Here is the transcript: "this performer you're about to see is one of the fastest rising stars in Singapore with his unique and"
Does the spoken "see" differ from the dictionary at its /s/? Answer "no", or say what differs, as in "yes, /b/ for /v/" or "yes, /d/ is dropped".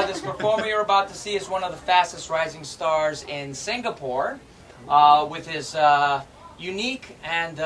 no